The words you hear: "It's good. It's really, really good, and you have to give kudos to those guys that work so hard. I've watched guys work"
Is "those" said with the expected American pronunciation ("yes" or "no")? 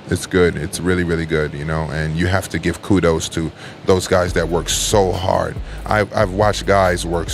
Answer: yes